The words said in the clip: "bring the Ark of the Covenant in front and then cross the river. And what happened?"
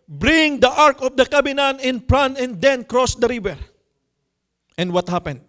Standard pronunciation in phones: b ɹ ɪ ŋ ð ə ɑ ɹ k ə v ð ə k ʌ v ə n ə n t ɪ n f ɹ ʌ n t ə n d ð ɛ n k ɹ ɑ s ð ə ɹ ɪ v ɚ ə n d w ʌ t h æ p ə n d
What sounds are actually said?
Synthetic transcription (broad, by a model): b ɹ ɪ ŋ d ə ɑ ɹ k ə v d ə k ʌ b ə n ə n ɪ n p ɹ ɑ n ə n d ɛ n k ɹ ɑ s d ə ɹ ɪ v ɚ ə n d w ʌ t h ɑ p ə n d